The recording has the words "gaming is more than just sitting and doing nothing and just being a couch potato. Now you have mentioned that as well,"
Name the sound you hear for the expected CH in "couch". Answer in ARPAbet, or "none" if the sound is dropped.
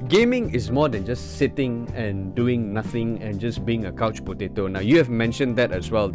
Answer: CH